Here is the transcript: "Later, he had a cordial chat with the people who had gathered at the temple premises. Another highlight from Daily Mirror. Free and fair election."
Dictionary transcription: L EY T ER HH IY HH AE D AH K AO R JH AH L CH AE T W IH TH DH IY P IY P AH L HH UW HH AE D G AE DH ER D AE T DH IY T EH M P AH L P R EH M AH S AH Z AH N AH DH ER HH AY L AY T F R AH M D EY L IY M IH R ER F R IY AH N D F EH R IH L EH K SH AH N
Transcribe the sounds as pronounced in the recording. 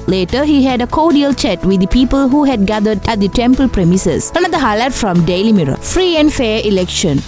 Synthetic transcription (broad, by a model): L EY T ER HH IY HH AE D AH K AO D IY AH L CH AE T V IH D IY P IY P AH L HH UW HH AE D G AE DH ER D AE T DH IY T EH M P AH L P R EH M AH S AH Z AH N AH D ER HH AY L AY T F R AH M D EY L IY M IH R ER F R IY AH N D F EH R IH L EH K SH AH N